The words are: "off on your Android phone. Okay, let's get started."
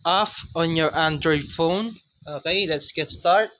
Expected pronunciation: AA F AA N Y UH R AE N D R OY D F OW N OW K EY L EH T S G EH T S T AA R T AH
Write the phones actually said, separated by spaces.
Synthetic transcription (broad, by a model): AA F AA N Y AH R AE N D R OY D F OW N OW K EY L EH T S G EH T S T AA R T